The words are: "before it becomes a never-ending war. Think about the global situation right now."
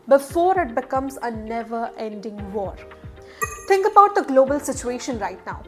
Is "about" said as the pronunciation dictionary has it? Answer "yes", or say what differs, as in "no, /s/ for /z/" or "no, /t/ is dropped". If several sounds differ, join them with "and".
yes